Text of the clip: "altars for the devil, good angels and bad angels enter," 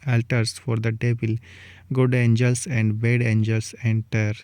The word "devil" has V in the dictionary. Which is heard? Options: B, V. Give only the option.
B